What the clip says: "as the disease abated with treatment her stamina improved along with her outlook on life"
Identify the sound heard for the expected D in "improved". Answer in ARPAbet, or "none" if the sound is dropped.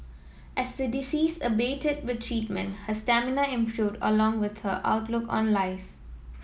D